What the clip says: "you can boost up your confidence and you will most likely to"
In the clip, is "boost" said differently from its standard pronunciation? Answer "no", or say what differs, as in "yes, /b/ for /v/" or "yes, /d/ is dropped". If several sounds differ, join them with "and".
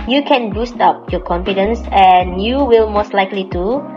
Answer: no